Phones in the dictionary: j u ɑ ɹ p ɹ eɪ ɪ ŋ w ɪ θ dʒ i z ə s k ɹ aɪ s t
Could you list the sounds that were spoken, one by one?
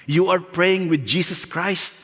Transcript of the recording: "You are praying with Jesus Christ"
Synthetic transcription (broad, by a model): j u ɑ ɹ p ɹ eɪ ɪ ŋ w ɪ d dʒ i s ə s k ɹ aɪ s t